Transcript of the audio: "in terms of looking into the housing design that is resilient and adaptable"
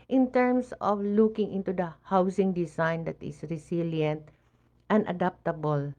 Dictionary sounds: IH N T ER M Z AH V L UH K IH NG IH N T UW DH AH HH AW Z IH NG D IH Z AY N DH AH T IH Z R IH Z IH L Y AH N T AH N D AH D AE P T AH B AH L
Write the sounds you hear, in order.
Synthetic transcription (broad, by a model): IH N T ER M S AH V L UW K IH NG IH N T UW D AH HH AW S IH NG D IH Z AY N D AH T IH S R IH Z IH L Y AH N T AH N D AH D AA P T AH B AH L